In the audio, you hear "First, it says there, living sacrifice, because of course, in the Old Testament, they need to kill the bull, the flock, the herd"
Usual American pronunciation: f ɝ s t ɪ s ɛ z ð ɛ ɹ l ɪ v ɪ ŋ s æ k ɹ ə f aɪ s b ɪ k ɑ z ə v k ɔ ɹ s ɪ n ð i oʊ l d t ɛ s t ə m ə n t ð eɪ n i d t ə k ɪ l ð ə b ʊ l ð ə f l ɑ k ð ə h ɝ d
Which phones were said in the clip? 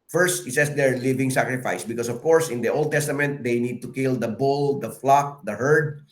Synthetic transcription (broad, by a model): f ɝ s t ɪ s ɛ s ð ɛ ɹ l ɪ v ɪ ŋ s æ k ɹ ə f aɪ s b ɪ k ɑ s ə v k ɔ ɹ s ɪ n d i oʊ l d t ɛ s t ə m ə n t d eɪ n i d t ə k ɪ l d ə b ʊ l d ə f l ɑ k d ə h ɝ d